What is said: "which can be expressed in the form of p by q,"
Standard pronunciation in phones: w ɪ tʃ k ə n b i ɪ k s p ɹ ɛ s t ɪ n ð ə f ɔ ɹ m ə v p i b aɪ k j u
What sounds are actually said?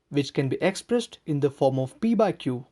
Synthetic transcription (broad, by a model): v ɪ tʃ k ə n b i ɪ k s p ɹ ɛ s t ɪ n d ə f ɔ ɹ m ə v p i b aɪ k j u